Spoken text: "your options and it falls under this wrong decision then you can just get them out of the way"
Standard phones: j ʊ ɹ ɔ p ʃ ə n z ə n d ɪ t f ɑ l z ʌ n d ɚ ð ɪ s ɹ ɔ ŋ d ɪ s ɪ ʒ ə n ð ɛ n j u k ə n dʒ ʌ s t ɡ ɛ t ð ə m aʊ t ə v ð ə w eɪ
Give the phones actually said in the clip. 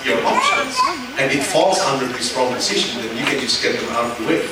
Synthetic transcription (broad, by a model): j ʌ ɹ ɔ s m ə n s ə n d ɪ t f ɑ l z ʌ n d ɚ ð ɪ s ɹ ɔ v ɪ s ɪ ʃ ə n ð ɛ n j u k ə n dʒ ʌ s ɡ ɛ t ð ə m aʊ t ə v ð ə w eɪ